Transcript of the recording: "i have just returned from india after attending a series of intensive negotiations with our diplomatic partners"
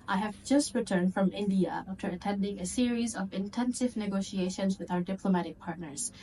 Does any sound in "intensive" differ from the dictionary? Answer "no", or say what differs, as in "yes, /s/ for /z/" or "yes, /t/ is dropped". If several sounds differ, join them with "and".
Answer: no